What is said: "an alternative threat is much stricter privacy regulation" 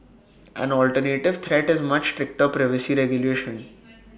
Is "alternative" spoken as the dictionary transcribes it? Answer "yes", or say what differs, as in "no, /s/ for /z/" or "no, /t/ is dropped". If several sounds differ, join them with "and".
yes